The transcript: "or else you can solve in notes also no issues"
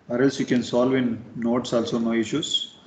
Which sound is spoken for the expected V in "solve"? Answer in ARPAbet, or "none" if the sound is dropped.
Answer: V